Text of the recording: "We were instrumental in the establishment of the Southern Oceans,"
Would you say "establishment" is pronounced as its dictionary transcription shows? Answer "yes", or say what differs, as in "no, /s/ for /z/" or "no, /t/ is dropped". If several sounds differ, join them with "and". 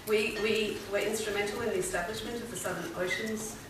yes